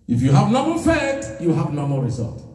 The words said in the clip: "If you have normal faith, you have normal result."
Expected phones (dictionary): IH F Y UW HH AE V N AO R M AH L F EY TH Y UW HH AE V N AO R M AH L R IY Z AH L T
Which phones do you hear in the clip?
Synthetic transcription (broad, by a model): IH F Y UW HH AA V N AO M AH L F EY T Y UW HH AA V N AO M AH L R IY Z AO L T